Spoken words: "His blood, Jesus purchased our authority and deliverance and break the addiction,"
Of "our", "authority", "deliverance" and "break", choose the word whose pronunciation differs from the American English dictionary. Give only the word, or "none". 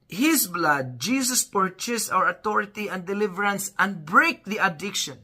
authority